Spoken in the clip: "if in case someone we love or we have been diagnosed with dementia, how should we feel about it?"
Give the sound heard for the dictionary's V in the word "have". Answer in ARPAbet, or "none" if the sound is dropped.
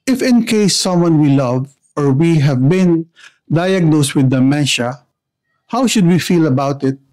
V